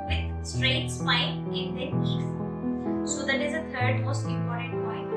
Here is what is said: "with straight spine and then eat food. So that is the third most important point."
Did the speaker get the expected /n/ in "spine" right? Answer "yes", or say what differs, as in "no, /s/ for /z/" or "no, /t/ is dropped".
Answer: no, /l/ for /n/